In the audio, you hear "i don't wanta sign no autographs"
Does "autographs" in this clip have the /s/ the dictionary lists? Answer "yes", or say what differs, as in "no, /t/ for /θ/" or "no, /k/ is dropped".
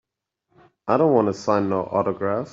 no, /s/ is dropped